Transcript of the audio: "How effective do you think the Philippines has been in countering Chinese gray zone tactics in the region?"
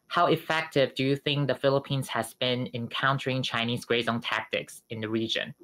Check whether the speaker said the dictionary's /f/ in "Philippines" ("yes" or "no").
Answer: yes